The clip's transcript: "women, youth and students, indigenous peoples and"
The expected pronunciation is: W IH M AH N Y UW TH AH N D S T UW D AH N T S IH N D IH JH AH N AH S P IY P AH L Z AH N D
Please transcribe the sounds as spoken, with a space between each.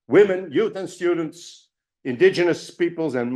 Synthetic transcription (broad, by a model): W IH M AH N Y UW TH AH N S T UW D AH N T S IH N D IH JH AH N AH S P IY P AH L Z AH N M